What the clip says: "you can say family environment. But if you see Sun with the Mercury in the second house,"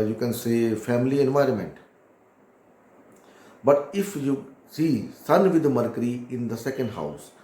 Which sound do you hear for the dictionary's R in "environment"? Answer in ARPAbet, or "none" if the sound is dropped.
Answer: R